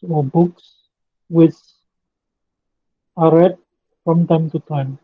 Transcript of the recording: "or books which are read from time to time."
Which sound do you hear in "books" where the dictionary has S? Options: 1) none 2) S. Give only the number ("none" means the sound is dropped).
2